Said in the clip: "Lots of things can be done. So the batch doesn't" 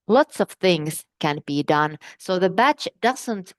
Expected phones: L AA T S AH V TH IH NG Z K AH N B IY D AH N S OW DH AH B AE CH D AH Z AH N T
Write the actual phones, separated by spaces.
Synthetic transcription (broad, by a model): L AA T S AH V TH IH NG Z K AH N B IY D AH N S OW DH AH B AE CH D AH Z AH N T